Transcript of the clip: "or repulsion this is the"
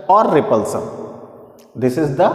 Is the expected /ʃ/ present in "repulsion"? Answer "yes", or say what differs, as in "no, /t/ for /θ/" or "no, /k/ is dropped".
no, /s/ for /ʃ/